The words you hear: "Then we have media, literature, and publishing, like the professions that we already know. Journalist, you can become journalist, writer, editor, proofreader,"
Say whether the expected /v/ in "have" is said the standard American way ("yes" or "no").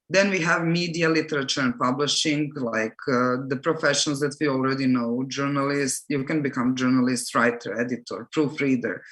yes